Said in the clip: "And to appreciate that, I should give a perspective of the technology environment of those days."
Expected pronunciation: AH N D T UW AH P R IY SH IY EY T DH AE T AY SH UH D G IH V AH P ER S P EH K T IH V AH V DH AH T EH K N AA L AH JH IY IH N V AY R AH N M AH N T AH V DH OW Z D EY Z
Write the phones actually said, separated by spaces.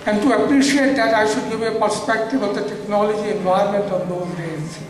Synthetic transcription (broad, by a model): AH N D T UW AH P R IY SH IY EY T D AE T AY SH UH D G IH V AH P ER S P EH K T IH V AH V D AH T EH K N AA L AH JH IY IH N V AY AH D M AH N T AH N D OW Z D EY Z